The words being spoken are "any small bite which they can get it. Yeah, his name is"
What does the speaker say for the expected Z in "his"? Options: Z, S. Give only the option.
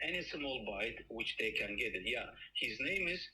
Z